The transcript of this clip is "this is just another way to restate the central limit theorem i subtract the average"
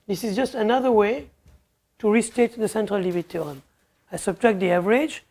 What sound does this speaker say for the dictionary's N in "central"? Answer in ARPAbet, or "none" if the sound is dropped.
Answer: N